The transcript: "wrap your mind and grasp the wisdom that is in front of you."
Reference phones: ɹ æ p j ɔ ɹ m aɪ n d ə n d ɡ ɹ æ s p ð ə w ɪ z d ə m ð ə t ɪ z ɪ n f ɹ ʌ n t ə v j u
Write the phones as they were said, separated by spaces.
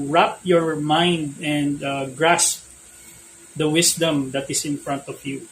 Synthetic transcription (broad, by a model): ɹ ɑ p j ɔ ɹ m aɪ n d ə n d ɡ ɹ æ s p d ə w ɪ s d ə m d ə t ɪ s ɪ n f ɹ ʌ n t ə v j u